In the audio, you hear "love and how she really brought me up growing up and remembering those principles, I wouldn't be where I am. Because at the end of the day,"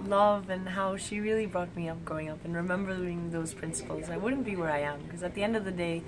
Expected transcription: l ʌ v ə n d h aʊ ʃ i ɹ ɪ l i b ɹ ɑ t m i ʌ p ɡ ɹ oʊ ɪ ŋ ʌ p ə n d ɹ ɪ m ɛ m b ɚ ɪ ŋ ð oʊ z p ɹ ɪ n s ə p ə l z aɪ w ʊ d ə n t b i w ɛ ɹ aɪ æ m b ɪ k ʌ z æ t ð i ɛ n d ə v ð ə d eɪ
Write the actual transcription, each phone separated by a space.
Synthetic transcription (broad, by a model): l ʌ v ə n h aʊ ʃ i ɹ ɪ l i b ɹ ɑ t m i ʌ p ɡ oʊ ɪ ŋ ʌ p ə n ɹ ɪ m ɛ m b ɚ ɪ ŋ ð oʊ z p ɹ ɪ n s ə p l z aɪ w ʊ d n b i w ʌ ɹ aɪ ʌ m k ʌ z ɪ t ð i ɛ n d ə v ð ə d eɪ